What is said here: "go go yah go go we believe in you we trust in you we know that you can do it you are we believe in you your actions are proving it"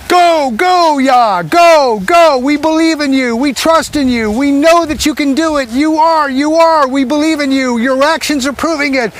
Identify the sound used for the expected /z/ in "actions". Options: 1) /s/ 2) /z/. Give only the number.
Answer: 2